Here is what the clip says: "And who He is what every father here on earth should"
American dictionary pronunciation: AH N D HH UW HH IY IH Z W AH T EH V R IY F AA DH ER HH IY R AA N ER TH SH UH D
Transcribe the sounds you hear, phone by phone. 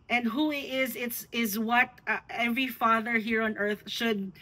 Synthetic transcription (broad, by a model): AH N D HH UW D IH IH Z W AH T EH V R IY F AA DH ER HH IY R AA N ER TH SH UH D